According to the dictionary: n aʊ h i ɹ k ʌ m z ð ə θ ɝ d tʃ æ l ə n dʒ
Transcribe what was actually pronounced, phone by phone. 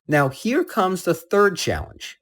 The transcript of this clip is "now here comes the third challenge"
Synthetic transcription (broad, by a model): n aʊ h i ɹ k ʌ m z ð ə θ ɝ d tʃ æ l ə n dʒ